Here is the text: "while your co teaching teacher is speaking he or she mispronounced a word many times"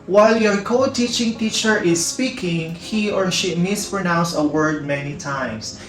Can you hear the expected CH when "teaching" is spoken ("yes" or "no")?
yes